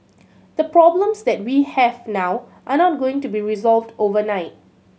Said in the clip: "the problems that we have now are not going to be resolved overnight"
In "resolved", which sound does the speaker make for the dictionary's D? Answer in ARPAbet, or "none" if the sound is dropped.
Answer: D